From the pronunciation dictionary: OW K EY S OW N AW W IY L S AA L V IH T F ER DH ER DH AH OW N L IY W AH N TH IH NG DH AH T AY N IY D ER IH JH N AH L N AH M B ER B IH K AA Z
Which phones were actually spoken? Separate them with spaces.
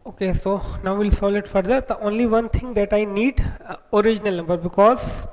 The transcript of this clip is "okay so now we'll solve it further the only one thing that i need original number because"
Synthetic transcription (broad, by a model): OW K EY S OW N AW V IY L S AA L IH T F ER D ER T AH OW N L IY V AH N T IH NG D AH T AY N IY D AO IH JH N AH L N AH M B ER B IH K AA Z